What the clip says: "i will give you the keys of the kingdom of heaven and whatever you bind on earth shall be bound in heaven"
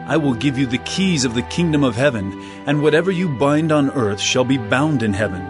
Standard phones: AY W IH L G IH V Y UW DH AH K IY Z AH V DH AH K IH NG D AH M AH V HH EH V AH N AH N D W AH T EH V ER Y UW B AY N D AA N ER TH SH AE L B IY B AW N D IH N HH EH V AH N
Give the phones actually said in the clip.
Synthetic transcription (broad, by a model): AY W IH L G IH V Y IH DH AH K IY Z AH V DH AH K IH NG D AH M AH V HH EH V AH N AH N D W AH T EH V ER Y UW B AY N D N ER TH SH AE L B IY B AW N D IH N HH EH V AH N